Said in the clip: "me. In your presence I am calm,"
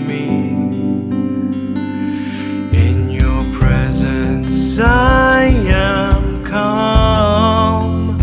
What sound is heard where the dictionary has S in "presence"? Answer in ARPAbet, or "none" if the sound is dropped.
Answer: S